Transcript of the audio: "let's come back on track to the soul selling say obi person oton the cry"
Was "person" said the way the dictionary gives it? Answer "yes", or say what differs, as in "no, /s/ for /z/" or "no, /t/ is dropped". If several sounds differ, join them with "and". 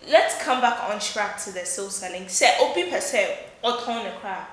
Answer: no, /n/ is dropped